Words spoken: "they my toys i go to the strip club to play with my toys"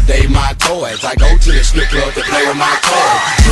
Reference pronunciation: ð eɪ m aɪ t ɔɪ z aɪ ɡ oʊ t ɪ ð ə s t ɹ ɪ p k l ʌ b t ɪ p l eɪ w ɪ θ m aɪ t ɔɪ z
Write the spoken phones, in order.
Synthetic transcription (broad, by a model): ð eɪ m aɪ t ɔɪ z aɪ ɡ oʊ t ɪ ð ə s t ɪ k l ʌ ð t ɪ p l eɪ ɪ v m aɪ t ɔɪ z